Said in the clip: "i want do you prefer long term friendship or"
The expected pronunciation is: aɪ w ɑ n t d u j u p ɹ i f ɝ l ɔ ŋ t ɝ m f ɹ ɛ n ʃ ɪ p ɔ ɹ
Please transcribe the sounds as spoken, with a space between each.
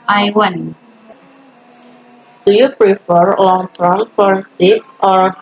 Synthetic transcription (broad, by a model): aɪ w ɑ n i d u j u p ɹ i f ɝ l ɔ ŋ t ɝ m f ɔ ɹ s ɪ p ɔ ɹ